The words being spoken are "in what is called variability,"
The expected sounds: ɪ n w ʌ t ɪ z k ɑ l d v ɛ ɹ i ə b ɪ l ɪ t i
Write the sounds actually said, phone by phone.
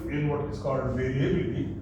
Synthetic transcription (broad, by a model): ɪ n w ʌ t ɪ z k ɑ l d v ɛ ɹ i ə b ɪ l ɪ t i